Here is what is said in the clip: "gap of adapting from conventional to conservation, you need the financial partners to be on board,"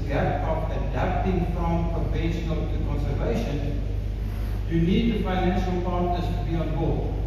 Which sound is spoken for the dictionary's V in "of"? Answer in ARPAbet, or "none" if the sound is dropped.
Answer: P